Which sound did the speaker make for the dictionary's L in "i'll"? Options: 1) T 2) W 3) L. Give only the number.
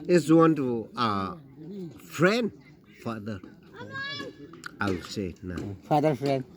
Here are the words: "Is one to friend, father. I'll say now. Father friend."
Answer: 2